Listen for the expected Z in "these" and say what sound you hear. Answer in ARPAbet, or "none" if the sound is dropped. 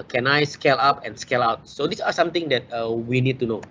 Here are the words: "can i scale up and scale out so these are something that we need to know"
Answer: S